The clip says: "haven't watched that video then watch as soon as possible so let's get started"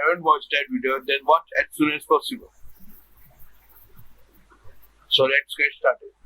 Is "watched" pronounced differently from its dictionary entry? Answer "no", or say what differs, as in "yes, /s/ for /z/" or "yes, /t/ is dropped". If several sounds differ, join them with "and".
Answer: yes, /s/ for /tʃ/